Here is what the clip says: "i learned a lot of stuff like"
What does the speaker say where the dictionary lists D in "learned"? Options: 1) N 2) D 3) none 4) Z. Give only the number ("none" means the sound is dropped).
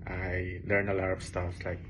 3